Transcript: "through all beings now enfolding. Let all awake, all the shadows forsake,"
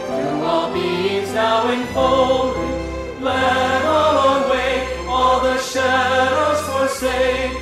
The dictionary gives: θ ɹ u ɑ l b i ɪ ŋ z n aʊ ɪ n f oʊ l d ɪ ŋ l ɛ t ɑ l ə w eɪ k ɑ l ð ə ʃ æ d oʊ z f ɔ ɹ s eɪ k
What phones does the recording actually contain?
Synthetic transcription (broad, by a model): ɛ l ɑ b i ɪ z n aʊ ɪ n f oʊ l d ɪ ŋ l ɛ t ɑ l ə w eɪ ɑ l ð ə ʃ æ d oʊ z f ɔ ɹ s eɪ